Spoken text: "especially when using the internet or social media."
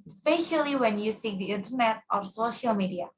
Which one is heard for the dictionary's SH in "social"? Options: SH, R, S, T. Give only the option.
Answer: SH